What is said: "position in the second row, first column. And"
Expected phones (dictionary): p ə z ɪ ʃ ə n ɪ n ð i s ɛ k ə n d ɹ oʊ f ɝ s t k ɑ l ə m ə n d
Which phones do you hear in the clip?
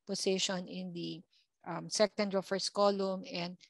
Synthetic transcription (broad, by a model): p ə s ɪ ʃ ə n ɪ n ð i s ɛ k ə n d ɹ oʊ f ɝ s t k ɑ l ə m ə n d